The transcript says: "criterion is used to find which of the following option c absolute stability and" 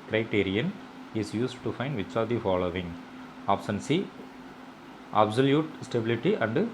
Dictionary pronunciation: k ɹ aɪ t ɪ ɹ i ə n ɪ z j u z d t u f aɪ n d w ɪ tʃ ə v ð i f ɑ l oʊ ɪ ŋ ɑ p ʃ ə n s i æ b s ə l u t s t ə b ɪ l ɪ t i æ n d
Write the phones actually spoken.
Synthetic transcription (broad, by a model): k ɹ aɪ t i ɹ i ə n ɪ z j u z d t u f aɪ n d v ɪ tʃ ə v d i f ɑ l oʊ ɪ ŋ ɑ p s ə n s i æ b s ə l u t s t ə b ɪ l ɪ t i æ n d